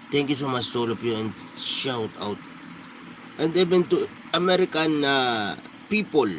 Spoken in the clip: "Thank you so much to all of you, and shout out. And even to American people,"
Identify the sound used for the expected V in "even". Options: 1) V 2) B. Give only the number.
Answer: 2